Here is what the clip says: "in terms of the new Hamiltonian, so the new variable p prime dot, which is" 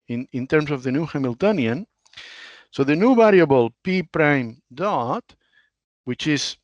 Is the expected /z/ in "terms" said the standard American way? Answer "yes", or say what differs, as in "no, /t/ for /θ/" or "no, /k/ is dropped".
no, /s/ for /z/